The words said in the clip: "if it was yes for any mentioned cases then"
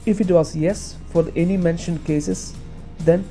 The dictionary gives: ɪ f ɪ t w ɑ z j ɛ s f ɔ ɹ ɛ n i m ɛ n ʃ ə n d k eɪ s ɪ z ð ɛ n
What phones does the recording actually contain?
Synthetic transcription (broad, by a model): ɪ f ɪ t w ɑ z j ɛ s f ɔ ɹ ɛ n i m ɛ n ʃ ə n d k eɪ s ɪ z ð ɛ n